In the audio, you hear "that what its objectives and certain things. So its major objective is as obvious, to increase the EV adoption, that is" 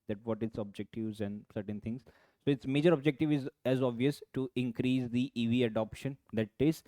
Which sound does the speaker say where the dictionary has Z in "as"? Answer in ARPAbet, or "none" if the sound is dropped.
Z